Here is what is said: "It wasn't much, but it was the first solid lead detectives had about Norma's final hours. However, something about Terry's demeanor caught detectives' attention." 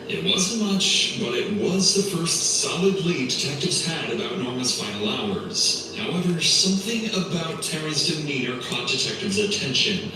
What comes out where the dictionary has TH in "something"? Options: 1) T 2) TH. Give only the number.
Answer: 2